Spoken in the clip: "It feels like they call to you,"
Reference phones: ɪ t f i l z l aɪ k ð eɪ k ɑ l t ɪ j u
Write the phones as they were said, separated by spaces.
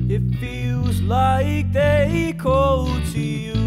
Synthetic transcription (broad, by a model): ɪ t f i l z l aɪ k ð eɪ k ɑ l t ɪ j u